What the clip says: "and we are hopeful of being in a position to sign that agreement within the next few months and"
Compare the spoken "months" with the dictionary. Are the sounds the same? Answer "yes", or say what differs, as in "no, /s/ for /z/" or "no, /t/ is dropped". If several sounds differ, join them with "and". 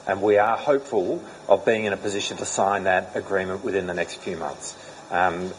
yes